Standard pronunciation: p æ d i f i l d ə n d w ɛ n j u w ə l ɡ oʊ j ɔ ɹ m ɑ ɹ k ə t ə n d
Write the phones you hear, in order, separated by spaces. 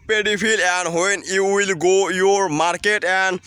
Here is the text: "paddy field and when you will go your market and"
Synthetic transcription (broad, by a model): p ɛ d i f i l ə n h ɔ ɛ n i w ə l ɡ oʊ j ɔ ɹ m ɑ ɹ k ə t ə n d